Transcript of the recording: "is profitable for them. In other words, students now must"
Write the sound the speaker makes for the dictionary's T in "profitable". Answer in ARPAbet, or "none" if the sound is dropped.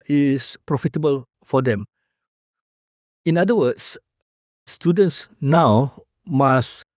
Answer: T